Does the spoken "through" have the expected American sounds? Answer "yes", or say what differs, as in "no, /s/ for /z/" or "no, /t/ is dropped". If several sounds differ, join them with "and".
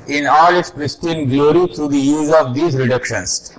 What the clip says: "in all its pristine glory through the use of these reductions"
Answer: no, /t/ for /θ/